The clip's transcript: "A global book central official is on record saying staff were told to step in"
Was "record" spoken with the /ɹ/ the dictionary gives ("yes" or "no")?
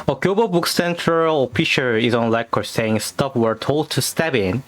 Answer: no